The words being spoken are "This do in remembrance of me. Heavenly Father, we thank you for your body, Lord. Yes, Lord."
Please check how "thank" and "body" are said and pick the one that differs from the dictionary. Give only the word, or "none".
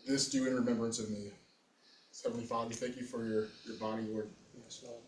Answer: none